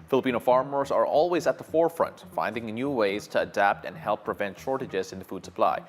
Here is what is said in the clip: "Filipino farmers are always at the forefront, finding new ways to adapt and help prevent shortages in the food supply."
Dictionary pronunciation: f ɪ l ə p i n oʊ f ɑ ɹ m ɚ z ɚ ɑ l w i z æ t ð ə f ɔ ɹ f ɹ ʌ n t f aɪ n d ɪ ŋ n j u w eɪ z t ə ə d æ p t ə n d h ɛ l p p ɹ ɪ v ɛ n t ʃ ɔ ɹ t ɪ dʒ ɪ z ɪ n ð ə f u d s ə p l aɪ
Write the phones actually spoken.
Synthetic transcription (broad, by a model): f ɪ l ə p i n oʊ f ɑ ɹ m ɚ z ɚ ɑ l w i z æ t ð ə f ɔ ɹ f ɹ ʌ n t f aɪ n d ɪ ŋ n j u w eɪ z t ə ə d æ p t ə n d h ɛ l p p ɹ ɪ v ɛ n t ʃ ɔ ɹ t ɪ dʒ ɪ z ɪ n ð ə f u d s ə p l aɪ